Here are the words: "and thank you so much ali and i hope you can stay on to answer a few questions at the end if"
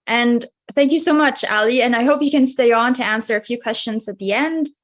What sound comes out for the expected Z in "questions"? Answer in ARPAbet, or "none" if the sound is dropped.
Z